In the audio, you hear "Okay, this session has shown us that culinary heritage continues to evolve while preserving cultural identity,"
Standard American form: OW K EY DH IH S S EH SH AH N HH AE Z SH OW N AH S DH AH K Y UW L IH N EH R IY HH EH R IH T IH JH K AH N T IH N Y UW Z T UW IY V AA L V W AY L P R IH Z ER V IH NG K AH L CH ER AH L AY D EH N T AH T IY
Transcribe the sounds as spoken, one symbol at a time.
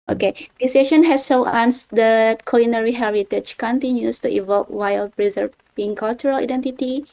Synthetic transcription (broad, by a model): OW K EY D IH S S EH SH AH N HH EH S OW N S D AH K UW L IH N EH R IY HH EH R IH T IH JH K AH N T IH N Y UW S T UW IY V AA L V W AY L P R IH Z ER B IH NG K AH L CH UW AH L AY D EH N T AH T IY